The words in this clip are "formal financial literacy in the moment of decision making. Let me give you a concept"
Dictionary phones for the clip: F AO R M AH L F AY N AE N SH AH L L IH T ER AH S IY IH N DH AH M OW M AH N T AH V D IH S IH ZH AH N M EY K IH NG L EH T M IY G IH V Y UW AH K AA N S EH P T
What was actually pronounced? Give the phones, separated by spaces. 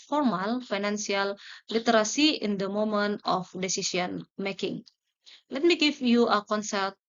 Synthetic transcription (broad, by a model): F AO R M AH L F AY N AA N S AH L L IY T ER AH S IY IH N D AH M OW M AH N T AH F D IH S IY S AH N M EY K IH NG L EH T M IY G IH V Y UW AH K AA N S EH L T